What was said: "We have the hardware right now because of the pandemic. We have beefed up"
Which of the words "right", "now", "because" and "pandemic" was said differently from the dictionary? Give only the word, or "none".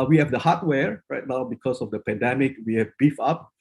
because